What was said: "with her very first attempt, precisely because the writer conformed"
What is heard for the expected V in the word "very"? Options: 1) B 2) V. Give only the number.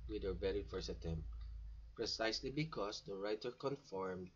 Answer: 1